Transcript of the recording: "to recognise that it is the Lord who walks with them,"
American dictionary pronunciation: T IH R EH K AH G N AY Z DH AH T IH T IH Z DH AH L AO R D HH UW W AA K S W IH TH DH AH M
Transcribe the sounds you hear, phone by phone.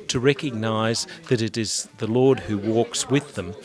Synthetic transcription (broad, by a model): T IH R EH K AH G N AY Z DH AH T IH T IH Z DH AH L AO R D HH UW W AA K S W IH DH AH M